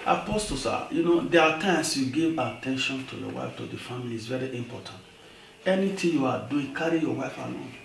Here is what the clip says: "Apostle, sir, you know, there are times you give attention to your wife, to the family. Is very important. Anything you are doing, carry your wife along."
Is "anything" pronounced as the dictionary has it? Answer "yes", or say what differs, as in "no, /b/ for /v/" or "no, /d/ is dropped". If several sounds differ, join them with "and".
no, /t/ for /θ/